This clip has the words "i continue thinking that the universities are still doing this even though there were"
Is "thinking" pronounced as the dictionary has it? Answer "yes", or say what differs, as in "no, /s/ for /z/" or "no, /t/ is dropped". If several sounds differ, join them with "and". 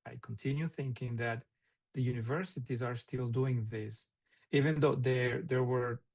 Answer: yes